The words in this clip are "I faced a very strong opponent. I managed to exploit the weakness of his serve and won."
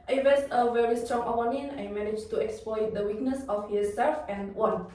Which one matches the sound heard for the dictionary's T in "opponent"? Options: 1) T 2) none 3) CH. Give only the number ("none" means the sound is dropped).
2